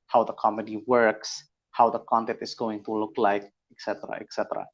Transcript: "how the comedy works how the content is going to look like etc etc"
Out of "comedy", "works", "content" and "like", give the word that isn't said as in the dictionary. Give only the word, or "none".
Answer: none